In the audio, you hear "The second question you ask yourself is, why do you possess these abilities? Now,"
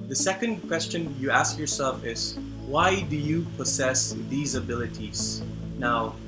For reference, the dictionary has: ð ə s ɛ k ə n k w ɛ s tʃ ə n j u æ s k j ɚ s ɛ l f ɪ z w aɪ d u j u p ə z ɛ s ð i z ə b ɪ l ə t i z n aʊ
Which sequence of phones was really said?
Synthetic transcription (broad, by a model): ð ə s ɛ k ə n k w ɛ s tʃ ə n j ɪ æ s k j ɚ s ɛ l f ɪ z w aɪ d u j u p ə z ɛ s ð i z ə b ɪ l ə t i z n aʊ